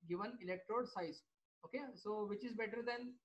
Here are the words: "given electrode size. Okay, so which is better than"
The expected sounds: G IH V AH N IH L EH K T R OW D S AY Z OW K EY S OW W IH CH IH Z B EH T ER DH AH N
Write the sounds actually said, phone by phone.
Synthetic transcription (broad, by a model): G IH V AH N IH L EH K T R OW D S AY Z OW K EY S OW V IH CH IH Z B EH T ER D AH N